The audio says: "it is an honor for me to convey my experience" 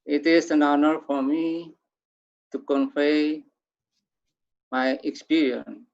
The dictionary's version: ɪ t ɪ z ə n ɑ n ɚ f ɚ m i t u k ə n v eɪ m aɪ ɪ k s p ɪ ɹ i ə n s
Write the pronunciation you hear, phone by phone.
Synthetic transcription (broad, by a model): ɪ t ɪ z ə n ɑ n ɚ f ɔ m i t u k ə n f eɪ m aɪ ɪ k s p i ɹ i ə n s